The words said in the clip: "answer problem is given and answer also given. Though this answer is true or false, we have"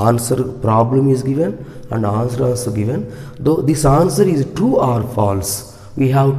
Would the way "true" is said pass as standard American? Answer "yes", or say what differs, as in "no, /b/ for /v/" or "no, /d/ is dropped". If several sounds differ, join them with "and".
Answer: no, /ɹ/ is dropped